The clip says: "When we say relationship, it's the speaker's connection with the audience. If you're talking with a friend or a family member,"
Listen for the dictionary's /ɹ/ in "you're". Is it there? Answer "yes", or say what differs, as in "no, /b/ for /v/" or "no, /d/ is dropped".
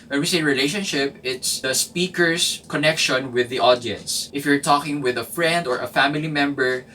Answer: yes